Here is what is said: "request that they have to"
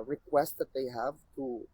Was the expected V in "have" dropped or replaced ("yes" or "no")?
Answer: no